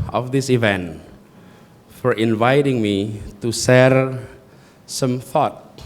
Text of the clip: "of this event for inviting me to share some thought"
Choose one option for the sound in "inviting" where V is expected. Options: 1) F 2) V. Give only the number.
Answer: 2